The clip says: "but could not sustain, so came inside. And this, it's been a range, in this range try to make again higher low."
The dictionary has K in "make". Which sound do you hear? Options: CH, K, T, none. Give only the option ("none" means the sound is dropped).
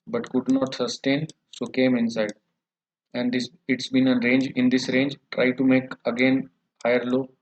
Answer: K